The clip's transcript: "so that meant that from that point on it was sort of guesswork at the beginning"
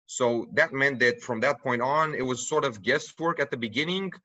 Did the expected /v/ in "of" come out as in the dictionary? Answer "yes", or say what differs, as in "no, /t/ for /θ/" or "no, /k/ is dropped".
yes